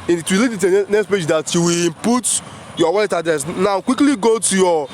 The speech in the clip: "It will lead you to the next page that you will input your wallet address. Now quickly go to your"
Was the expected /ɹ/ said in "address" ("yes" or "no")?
no